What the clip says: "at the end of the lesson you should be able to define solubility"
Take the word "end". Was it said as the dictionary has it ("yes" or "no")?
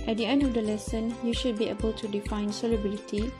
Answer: yes